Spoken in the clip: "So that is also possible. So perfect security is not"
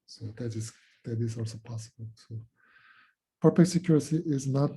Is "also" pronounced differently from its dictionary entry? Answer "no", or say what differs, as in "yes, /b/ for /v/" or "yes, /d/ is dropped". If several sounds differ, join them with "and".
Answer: no